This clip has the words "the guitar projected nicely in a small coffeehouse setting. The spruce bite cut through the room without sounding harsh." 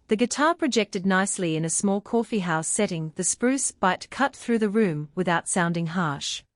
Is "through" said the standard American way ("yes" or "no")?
yes